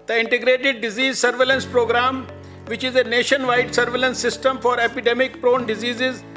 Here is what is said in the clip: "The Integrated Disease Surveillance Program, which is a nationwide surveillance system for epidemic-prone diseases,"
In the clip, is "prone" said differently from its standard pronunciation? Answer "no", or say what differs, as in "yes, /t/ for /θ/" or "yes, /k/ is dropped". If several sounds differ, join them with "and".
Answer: no